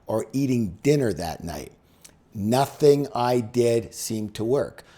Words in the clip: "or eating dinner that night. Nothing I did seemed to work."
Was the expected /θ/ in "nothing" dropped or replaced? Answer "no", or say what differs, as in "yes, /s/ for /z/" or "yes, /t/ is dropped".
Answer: no